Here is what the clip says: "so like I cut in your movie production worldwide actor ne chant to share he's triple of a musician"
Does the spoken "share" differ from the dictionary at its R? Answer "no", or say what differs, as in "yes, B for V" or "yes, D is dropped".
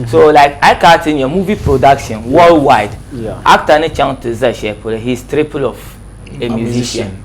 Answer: yes, L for R